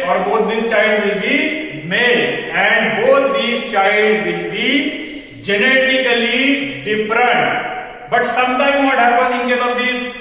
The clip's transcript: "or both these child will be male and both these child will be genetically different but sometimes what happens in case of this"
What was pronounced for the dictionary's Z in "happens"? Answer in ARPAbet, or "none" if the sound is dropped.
none